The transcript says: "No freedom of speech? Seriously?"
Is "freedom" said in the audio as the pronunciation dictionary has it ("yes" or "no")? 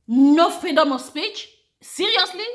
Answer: no